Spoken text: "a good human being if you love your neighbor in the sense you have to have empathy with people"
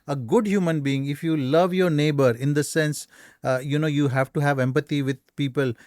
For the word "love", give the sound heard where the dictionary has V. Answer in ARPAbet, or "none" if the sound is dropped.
V